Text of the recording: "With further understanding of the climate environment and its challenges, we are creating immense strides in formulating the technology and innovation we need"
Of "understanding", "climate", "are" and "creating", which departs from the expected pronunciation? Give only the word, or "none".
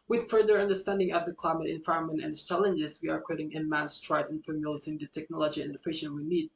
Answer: creating